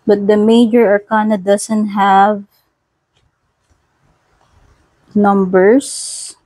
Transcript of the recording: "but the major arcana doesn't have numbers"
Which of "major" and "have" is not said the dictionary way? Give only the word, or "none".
none